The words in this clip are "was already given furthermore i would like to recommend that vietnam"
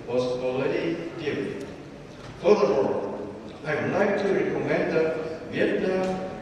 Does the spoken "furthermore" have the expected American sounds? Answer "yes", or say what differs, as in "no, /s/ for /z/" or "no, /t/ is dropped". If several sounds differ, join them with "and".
no, /l/ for /ɹ/